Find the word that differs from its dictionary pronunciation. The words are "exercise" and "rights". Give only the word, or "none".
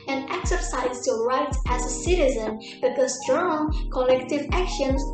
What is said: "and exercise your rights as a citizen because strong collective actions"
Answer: rights